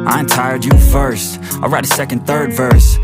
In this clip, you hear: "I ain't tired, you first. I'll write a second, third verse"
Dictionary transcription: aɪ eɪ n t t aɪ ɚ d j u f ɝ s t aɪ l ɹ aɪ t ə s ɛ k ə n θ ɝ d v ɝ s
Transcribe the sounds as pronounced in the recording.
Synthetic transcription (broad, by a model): aɪ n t t aɪ ɚ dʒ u f ɝ s t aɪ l ɹ aɪ t ə s ɛ k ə n θ ɝ d v ɝ s